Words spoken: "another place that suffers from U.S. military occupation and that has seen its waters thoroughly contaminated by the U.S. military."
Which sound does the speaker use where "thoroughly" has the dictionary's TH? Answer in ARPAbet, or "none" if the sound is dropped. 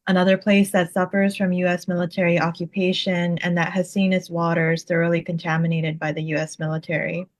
TH